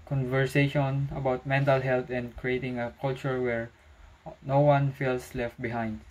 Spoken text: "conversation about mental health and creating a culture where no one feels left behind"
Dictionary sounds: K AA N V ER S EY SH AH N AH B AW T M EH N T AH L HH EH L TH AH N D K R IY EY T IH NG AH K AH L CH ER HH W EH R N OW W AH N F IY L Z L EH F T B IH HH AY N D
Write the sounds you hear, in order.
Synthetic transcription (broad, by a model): K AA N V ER S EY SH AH N AH B AW T M EH N T AH L HH EH L T AH N D K R IY EY T IH NG AH K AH L CH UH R W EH R N OW W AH N F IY L S L EH F T B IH HH AY N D